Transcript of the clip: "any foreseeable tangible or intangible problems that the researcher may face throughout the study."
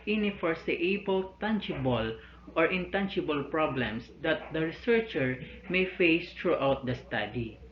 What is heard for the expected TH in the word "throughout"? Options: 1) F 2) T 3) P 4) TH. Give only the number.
2